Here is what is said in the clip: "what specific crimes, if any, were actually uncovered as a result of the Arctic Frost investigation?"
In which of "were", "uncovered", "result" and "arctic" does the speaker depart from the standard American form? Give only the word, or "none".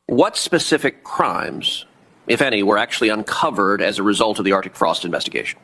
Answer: none